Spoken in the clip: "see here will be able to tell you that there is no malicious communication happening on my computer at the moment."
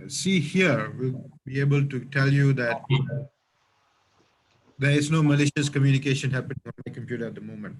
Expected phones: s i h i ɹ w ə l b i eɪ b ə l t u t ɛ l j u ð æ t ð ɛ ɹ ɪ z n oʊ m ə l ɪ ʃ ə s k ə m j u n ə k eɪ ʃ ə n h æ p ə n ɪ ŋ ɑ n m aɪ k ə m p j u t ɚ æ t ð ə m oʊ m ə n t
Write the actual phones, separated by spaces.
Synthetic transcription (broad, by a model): s i h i ɹ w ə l b i eɪ b ə l t u t ɛ l j u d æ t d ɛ ɹ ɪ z n oʊ m ə l ɪ ʃ ə s k ə m j u n ə k eɪ ʃ ə n h æ p ə n ɪ ŋ ɑ n m aɪ k ə m p j u t ɚ æ t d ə m oʊ m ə n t